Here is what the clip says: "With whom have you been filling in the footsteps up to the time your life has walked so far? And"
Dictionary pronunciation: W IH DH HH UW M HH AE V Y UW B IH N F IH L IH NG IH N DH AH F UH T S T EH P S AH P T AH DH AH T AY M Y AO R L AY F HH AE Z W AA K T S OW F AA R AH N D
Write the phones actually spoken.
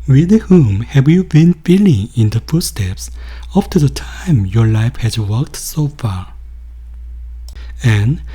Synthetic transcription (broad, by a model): W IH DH HH UW M HH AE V Y UW B IH N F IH L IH NG IH N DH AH F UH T S T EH P S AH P T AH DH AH T AY M Y AO R L AY F HH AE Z W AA K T S OW F AA R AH N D